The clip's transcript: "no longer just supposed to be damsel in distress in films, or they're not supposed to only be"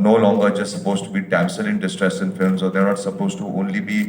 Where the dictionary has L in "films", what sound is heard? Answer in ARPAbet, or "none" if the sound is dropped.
L